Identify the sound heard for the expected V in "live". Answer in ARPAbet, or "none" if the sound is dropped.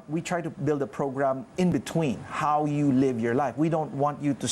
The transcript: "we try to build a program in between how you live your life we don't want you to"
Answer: V